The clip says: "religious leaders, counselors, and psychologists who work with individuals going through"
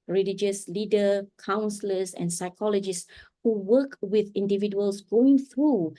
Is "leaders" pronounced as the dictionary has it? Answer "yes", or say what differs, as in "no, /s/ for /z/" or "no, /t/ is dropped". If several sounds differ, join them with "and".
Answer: no, /z/ is dropped